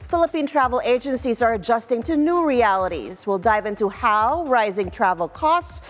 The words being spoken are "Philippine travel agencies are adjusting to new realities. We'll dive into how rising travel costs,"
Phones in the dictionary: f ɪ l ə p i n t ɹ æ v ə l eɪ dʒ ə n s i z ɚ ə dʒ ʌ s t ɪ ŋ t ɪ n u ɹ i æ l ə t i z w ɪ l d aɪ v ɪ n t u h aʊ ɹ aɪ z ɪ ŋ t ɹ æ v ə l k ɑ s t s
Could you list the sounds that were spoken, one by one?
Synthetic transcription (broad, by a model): f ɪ l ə p i n t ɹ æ v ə l eɪ dʒ ə n s i z ɚ ə dʒ ʌ s t ɪ ŋ t ɪ n u ɹ i æ l ə t i z w ɪ l d aɪ v ɪ n t u h aʊ ɹ aɪ z ɪ ŋ t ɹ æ v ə l k ɑ s t s